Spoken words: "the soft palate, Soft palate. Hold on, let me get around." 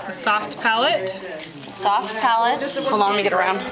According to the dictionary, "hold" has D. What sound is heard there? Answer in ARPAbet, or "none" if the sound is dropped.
none